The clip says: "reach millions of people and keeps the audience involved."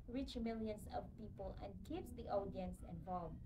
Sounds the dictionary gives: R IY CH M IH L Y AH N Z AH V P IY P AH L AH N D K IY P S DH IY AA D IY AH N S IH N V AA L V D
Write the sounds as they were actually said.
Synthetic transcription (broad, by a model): R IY CH M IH L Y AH N S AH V P IY P AH L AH N K IY P S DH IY AA D IY AH N S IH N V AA L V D